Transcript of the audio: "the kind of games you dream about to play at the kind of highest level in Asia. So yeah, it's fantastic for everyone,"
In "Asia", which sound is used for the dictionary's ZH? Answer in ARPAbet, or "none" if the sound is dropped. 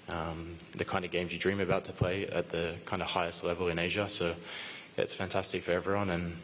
ZH